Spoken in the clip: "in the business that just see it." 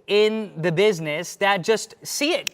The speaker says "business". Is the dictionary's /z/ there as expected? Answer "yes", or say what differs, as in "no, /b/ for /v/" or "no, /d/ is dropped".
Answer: yes